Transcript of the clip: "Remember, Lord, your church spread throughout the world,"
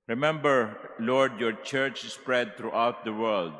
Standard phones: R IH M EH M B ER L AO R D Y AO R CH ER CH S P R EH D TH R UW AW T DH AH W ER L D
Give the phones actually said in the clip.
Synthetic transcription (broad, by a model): R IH M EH M B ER L AO R D Y AO R CH ER CH S P R EH D T R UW AW T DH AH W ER L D